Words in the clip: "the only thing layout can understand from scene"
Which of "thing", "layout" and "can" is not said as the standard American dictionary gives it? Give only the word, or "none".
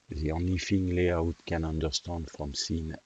thing